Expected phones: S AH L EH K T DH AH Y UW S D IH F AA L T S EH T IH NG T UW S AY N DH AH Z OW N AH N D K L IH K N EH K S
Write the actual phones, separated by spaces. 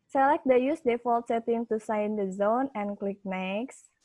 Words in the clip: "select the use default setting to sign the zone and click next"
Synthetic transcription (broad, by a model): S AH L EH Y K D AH Y UW S D IH F AA L T S EH T IH NG T UW S AY N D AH Z OW N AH N K L IH K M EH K S